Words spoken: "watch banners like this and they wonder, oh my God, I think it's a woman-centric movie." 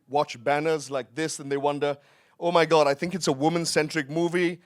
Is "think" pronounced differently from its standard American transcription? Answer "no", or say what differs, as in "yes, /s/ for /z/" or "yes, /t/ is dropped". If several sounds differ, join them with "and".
no